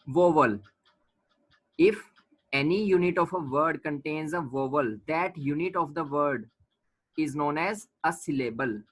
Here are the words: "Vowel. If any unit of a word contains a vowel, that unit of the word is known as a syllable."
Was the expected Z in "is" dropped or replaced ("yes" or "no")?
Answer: no